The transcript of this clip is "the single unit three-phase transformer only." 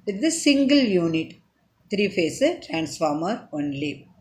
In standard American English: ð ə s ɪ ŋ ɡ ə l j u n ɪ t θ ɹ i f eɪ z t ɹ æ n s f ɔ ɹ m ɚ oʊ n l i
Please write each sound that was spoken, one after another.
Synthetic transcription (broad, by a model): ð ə s ɪ ŋ ɡ ə l j u n ɪ t t ɹ i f eɪ s t ɹ æ n s f ɔ ɹ m ɚ oʊ n l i